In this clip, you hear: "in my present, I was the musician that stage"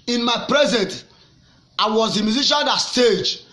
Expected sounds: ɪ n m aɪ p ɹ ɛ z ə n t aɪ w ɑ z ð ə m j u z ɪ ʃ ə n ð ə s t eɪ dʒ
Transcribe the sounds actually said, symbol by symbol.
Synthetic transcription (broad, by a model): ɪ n m aɪ p ɹ ɛ z ə n t aɪ w ɑ z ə m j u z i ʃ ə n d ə s t eɪ dʒ